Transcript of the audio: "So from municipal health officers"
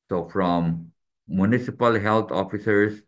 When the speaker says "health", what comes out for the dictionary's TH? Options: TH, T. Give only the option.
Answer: T